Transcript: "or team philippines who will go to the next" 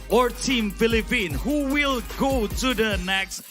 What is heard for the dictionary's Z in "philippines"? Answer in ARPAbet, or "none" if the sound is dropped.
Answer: none